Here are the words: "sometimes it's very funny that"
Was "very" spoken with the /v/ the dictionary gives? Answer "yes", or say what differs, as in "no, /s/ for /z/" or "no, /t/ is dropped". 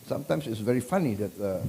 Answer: yes